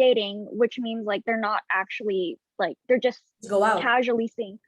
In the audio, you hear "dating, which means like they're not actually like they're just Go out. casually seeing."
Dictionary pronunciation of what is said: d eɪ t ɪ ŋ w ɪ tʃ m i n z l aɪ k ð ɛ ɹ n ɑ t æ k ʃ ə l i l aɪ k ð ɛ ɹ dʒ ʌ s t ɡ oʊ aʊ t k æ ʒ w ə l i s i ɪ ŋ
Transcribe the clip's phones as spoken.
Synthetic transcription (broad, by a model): eɪ t ɪ ŋ w ɪ tʃ m i n z l aɪ k ð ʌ ɹ n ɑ t æ k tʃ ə l i l aɪ k ð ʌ ɹ dʒ ʌ s t ɡ oʊ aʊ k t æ ʒ l i s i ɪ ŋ